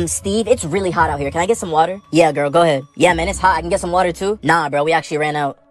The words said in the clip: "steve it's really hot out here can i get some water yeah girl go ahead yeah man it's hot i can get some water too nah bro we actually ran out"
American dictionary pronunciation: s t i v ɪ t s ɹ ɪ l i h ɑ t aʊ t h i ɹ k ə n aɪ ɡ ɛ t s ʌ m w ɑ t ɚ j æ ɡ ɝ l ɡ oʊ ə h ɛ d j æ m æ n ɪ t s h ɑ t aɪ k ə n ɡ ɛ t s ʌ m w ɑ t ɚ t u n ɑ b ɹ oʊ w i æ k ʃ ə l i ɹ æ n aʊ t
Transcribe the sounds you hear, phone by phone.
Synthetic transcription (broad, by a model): s t i v ɪ t s ɹ ɪ l i h ɑ t aʊ t h i ɹ k ə n aɪ ɡ ɛ t s ʌ m w ɑ t ɚ j æ ɡ ɝ l ɡ oʊ ə h ɛ d j æ m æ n ɪ t s h ɑ t aɪ k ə n ɡ ɛ t s ʌ m w ɑ t ɚ t u n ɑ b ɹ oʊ w i æ k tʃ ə l i ɹ æ n aʊ t